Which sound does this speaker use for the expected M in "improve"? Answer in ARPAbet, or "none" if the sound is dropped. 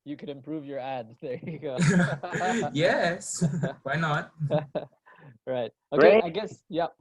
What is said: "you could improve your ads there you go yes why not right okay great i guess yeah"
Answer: M